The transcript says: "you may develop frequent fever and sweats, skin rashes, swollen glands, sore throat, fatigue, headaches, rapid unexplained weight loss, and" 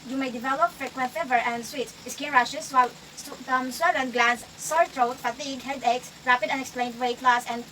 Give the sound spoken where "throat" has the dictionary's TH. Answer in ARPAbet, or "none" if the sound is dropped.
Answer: T